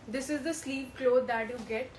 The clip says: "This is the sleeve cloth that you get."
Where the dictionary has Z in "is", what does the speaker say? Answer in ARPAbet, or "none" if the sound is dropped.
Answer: Z